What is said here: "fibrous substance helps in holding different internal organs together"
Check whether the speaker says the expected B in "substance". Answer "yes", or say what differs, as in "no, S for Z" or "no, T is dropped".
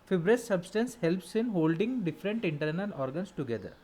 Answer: yes